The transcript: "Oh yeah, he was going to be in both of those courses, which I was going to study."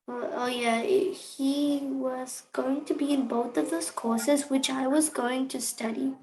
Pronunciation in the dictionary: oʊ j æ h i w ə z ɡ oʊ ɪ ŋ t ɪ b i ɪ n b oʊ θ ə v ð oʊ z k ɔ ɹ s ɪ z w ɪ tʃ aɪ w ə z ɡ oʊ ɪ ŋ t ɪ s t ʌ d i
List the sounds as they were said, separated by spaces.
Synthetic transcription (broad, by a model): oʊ j æ h i w ə z ɡ oʊ ɪ ŋ t ɪ b i ɪ n b oʊ θ ə v ð oʊ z k ɔ ɹ s ɪ z w ɪ tʃ aɪ w ə z ɡ oʊ ɪ ŋ t ɪ s t ʌ d i